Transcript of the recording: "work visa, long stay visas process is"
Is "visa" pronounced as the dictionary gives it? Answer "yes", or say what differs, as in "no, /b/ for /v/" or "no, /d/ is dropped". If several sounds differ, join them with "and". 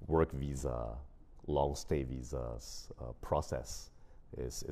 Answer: yes